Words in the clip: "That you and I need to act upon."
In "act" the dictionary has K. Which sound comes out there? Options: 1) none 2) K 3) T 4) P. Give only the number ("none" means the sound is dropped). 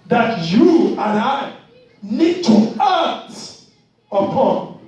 1